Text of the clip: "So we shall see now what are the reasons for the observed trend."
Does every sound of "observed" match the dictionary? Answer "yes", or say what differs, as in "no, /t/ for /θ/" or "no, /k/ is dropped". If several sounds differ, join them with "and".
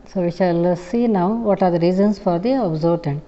no, /v/ is dropped